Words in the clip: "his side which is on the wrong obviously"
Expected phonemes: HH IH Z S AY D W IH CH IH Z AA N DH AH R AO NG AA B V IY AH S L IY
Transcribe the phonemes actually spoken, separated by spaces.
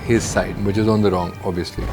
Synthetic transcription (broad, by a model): HH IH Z S AY D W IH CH IH Z AA N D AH R AO NG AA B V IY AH S L IY